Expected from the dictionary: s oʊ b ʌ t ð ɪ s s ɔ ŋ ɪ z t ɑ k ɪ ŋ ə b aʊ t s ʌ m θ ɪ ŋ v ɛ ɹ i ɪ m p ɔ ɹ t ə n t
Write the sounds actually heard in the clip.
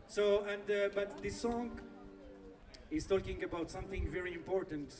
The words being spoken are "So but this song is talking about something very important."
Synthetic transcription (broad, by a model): s oʊ b ʌ t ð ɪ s s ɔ ŋ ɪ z t ɑ k ɪ ŋ ə b aʊ t s ʌ m θ ɪ ŋ v ɛ ɹ i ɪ m p ɔ ɹ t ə n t